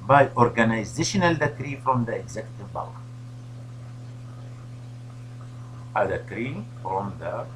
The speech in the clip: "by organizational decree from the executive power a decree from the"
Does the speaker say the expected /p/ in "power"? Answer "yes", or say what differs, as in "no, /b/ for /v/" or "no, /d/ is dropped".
no, /b/ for /p/